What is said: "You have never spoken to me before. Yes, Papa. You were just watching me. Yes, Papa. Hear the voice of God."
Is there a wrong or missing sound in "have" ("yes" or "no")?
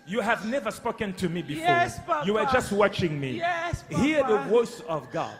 no